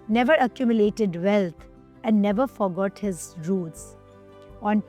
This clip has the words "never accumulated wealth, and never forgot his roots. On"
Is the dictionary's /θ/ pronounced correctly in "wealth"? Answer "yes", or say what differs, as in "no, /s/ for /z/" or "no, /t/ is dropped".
no, /t/ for /θ/